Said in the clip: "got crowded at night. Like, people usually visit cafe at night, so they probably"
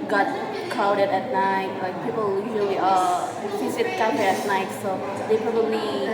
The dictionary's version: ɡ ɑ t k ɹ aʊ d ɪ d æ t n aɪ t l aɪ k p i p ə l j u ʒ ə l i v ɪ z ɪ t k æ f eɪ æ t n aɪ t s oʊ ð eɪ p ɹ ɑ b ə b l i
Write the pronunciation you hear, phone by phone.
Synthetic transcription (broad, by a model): ɡ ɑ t k aʊ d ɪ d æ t n aɪ t l aɪ k p i p ə l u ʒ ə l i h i s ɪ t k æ eɪ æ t n aɪ t s oʊ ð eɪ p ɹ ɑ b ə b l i